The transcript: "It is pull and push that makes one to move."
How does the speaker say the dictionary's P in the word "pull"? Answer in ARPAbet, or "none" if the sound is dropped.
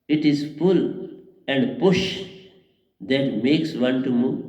F